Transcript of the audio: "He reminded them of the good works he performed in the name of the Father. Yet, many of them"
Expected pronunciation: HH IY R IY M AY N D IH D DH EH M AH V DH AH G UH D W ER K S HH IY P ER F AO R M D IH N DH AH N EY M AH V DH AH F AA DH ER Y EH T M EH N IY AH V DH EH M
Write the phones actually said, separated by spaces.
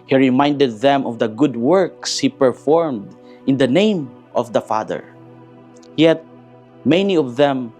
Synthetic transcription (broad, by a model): HH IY R IY M AY N D IH D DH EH M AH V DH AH G UH D W ER K S HH IY P ER F AO R M D IH N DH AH N EY M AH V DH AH F AA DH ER Y EH T M EH N IY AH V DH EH M